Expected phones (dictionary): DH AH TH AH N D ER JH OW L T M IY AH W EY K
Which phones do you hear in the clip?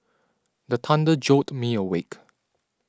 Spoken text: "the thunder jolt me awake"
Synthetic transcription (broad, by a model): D AH T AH N D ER JH OW T M IY AH W EY K